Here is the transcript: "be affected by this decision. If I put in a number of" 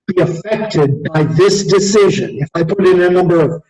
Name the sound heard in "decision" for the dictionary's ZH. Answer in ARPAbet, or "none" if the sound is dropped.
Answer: ZH